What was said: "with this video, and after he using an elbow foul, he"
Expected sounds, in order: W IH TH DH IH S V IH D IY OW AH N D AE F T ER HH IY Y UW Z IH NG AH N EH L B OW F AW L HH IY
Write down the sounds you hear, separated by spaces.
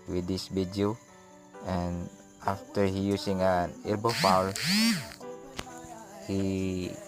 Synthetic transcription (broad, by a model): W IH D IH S B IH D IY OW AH N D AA F T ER HH IY Y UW S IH NG AH N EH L B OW F AW L HH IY